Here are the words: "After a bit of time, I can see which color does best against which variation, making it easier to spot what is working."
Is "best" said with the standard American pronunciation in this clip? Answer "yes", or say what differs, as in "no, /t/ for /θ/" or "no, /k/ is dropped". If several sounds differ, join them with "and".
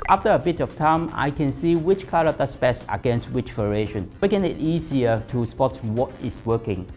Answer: no, /t/ is dropped